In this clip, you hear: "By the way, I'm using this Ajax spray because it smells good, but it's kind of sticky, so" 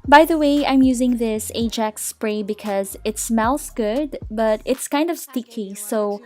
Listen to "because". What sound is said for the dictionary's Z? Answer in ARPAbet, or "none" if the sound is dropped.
Z